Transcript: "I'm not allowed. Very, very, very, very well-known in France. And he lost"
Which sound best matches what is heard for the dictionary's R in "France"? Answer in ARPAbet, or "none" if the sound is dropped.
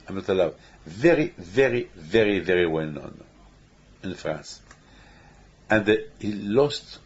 R